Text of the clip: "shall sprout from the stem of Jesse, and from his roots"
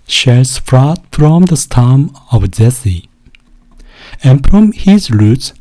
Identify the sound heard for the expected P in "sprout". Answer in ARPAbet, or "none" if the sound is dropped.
F